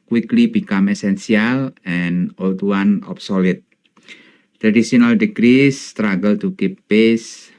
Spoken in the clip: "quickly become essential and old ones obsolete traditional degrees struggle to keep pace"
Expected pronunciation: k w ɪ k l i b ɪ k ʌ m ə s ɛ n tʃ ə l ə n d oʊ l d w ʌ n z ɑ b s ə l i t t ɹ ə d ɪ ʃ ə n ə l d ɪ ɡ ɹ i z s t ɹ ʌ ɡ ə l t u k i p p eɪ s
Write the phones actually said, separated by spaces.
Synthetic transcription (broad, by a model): k w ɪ k l i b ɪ k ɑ m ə s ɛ n s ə l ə n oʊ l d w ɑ n ɑ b s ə l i t t ɹ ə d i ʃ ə n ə l d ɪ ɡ ɹ i s t ɹ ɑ ɡ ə l t u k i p p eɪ s